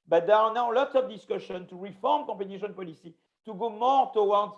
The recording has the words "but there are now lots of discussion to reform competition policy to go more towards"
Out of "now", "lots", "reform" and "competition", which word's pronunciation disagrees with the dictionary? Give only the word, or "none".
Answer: competition